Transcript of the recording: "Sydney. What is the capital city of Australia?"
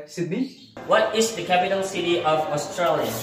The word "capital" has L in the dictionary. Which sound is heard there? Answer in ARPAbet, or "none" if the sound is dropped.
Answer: N